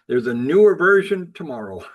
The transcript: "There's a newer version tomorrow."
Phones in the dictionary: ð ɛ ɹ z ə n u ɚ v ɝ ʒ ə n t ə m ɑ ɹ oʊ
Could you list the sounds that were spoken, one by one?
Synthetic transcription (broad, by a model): ð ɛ ɹ z ə n u ɚ v ɝ ʒ ə n t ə m ɑ ɹ oʊ